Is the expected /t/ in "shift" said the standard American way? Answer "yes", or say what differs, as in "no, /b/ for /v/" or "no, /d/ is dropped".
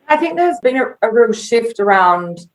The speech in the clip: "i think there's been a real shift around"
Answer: yes